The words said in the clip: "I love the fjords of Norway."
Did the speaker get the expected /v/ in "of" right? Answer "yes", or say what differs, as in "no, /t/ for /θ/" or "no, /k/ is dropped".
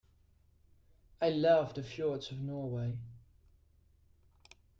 yes